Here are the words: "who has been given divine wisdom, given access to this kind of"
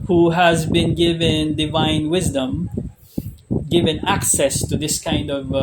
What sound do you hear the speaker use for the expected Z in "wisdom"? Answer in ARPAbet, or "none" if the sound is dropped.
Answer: Z